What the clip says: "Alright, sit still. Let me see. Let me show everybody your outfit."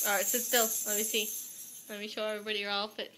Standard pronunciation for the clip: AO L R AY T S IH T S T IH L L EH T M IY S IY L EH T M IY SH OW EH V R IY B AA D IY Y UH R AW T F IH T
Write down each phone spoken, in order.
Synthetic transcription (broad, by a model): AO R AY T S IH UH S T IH L L EH T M IY S IY L EH T M IY SH OW EH V R IY B AA D IY Y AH R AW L F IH T